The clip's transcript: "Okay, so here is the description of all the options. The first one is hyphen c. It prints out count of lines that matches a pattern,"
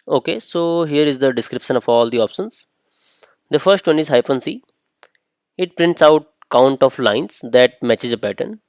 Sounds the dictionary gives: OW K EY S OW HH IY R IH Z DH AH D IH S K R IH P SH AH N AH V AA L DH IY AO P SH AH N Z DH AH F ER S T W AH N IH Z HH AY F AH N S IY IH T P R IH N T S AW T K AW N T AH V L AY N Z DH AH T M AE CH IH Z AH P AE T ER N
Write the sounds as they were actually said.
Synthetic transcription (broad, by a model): OW K EY S OW HH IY R IH Z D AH D IH S K R IH P SH AH N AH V AA L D IY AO P SH AH N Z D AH F ER S T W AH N IH Z HH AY P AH N S IY IH T P R IH N T S AW T K AW N T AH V L AY N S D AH T M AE CH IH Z AH P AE T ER N